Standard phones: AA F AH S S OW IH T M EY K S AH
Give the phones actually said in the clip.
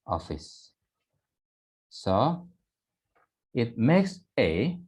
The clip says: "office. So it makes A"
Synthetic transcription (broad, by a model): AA F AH S S OW IH T M EY K S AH